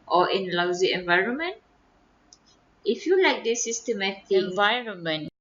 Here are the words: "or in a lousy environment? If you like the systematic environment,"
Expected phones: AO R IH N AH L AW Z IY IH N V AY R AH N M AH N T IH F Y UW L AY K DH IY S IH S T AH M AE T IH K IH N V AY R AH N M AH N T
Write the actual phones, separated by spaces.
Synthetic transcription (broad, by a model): AO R IH N L AW Z IY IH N V AY R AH N M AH N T IH F Y UW L AY K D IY S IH S T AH M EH T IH IH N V AY R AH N M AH N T